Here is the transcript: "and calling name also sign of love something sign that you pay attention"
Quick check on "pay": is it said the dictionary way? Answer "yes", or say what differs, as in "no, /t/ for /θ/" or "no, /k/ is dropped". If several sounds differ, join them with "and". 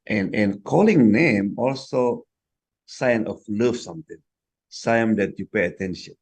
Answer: yes